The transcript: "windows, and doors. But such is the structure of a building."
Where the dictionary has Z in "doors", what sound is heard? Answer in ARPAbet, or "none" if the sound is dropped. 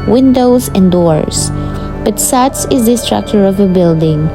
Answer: S